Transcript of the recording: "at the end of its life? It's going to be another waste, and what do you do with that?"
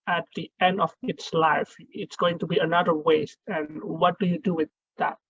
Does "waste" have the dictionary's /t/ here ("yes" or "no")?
yes